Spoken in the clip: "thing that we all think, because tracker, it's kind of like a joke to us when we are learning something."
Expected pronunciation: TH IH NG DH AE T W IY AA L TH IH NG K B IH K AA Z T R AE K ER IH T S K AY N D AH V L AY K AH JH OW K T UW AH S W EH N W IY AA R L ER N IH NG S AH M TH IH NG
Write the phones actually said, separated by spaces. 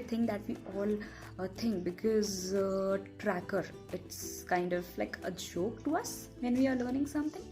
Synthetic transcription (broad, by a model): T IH NG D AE T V IY AA L T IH NG K B IH K AA Z T R AE K ER IH T S K AY N D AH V L AY K AH JH OW K T UW AH S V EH N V IY AA R L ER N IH NG S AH M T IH NG